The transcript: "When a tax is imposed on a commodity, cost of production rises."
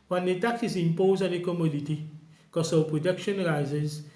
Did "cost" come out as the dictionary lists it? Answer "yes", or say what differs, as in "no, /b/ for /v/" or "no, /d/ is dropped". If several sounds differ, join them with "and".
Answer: no, /t/ is dropped